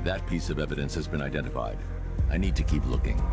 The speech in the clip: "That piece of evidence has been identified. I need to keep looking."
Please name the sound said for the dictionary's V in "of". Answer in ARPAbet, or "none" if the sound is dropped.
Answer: V